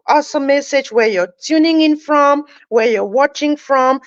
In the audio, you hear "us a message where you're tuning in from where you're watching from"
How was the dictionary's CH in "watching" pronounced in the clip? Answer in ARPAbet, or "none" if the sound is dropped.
CH